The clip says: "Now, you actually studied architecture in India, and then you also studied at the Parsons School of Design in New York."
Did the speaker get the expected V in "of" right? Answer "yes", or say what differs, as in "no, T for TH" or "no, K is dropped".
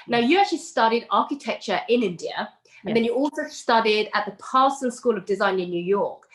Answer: yes